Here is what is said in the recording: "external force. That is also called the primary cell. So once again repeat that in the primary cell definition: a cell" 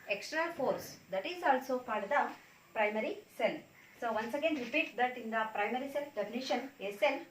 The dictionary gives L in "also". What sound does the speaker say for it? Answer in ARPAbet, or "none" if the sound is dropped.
L